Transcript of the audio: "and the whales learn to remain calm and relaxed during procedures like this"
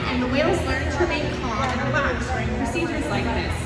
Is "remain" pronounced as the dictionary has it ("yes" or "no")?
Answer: no